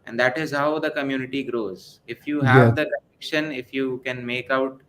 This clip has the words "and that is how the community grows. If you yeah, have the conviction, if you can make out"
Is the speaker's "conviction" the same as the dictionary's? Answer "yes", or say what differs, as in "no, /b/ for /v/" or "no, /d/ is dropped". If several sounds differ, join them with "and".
no, /v/ is dropped